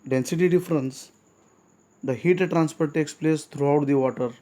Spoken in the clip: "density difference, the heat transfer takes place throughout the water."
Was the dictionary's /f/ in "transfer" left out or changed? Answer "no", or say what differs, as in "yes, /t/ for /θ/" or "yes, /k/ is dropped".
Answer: yes, /p/ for /f/